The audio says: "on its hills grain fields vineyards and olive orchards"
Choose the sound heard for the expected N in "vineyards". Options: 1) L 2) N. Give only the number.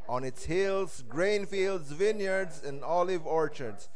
2